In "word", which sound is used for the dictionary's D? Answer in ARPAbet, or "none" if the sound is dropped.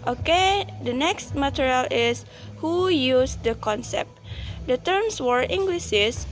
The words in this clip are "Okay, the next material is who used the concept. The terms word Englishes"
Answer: none